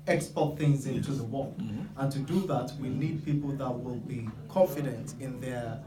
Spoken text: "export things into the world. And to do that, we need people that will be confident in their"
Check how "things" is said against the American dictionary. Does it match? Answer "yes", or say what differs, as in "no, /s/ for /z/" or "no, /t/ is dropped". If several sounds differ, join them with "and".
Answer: yes